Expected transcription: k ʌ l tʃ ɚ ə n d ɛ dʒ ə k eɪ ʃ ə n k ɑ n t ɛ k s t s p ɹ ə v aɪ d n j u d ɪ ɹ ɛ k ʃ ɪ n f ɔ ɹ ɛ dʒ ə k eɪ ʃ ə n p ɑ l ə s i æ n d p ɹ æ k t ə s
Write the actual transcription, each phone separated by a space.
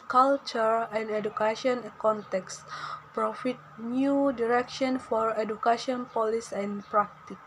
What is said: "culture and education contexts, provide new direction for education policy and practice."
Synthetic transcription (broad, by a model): k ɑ l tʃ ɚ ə n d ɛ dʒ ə k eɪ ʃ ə n k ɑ n t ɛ k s s p ɹ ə f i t n j u d ɪ ɹ ɛ k ʃ ɪ n f ɔ ɹ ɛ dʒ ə k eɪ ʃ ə n p ɑ l ə s i n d p ɹ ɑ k t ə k